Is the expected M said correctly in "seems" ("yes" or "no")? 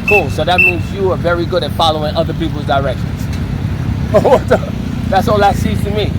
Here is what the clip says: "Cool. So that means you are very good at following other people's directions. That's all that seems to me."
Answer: no